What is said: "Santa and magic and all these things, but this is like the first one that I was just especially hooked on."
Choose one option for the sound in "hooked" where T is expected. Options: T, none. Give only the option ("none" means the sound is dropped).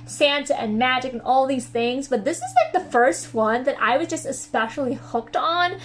T